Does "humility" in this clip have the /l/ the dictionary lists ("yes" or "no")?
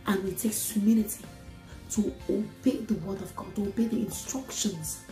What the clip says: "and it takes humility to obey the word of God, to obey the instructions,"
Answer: no